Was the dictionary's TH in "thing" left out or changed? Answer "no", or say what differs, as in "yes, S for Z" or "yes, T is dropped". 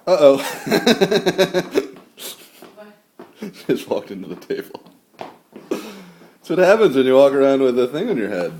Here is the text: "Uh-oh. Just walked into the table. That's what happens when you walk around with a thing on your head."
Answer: no